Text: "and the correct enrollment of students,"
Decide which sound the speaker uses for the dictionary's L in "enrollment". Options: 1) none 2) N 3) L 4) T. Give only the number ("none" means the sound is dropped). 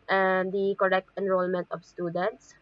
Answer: 3